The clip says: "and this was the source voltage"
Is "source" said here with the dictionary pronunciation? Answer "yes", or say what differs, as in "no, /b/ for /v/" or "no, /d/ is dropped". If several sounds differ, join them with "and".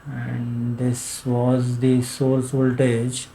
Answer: no, /l/ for /ɹ/